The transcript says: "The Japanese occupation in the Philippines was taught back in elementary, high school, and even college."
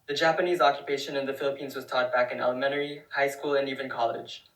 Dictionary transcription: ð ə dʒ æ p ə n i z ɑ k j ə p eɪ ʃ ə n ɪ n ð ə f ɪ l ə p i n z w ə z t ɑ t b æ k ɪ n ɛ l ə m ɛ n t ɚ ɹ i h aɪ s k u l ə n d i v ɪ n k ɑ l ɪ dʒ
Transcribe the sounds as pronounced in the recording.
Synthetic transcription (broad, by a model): ð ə dʒ æ p ə n i z ɑ k j ə p eɪ ʃ ə n ɪ n ð ə f ɪ l ə p i n z w ə z t ɑ t b æ k ɪ n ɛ l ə m ɛ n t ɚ ɹ i h aɪ s k u l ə n i v ɪ n k ɑ l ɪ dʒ